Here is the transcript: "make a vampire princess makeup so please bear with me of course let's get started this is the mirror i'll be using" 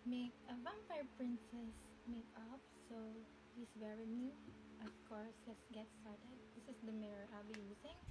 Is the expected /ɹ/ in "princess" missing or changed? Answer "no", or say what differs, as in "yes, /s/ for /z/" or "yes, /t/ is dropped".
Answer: no